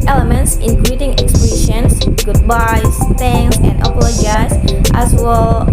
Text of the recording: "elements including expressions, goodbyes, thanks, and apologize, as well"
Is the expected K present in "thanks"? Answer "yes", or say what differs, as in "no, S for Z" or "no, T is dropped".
no, K is dropped